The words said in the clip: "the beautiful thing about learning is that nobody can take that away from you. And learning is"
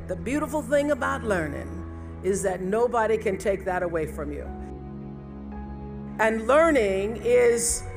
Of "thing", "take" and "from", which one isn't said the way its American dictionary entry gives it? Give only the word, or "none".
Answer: none